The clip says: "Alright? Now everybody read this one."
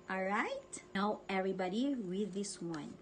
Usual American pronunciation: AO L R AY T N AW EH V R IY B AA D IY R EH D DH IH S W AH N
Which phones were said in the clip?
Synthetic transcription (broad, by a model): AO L R AY T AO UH EH V R IY B AA D IY W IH DH IH S W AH N